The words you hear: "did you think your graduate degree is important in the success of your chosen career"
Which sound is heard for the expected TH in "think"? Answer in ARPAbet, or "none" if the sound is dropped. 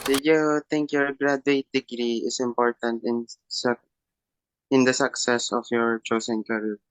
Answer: T